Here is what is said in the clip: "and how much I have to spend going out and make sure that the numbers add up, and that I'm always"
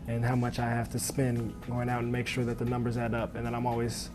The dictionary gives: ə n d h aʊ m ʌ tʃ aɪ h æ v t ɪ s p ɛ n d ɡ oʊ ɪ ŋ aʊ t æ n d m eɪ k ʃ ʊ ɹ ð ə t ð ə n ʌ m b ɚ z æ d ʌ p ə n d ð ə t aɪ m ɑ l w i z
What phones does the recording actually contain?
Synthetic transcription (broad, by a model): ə n h aʊ m ʌ tʃ aɪ h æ f t ɪ s p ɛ n ɡ oʊ ɪ ŋ aʊ t n m eɪ k ʃ ʊ ɹ ð ə t ð ə n ʌ m b ɚ z æ d ʌ p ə n ð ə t aɪ m ɑ l w i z